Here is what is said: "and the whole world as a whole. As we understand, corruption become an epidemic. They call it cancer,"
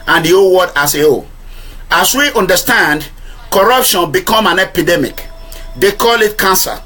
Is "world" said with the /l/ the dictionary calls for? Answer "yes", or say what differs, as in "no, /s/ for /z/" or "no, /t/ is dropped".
no, /l/ is dropped